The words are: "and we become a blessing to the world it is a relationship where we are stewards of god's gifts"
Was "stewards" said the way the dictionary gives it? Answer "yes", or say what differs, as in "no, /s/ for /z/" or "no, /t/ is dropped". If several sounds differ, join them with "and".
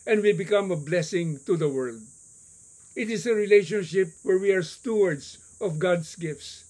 no, /s/ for /z/